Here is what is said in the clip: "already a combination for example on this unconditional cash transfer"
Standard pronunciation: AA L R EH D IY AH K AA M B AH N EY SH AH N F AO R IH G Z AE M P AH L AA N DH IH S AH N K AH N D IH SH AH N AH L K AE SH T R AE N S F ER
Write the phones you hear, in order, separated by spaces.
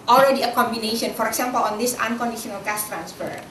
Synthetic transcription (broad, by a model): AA L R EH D IY AH K AA M B AH N EY SH AH N F AO R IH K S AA M P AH L AA N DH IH S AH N K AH N D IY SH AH N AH L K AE S T R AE N S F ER